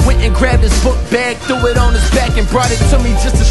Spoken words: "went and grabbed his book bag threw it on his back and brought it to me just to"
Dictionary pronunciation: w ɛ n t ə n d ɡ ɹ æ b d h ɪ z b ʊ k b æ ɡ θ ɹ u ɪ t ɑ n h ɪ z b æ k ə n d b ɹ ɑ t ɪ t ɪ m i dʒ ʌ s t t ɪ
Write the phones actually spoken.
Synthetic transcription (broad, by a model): w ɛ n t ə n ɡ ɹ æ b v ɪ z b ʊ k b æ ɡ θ u ɪ t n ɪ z b æ k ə n b ɹ ɑ t ɪ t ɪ m i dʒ ʌ s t t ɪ